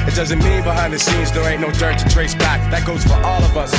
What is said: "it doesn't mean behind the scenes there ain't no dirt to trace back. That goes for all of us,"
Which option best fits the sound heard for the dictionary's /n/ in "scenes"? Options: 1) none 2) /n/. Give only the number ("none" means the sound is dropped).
1